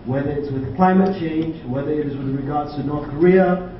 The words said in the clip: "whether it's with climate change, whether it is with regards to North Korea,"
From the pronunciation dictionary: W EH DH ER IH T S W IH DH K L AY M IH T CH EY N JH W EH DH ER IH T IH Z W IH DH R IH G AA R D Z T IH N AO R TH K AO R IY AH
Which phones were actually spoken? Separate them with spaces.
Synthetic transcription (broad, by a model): W EH DH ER IH T S W IH DH K L AY M IH T CH EY N JH W EH DH ER IH T IH Z W IH DH R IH G AA R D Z T IH N AO R TH K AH R IY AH